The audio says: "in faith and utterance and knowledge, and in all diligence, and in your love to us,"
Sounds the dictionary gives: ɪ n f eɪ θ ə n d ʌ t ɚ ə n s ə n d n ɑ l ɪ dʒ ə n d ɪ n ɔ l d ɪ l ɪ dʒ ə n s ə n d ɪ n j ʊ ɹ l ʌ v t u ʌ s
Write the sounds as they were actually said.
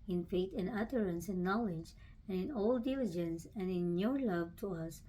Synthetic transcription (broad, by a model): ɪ n f eɪ t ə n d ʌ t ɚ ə n s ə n n ɑ l ɪ dʒ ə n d ɪ n ɔ l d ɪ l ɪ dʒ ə n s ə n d ɪ n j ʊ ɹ l ʌ v t u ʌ s